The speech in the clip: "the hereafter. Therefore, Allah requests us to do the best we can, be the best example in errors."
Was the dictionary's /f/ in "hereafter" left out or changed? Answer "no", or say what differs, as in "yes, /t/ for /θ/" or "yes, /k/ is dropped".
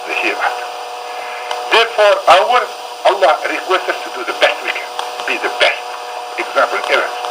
yes, /f/ is dropped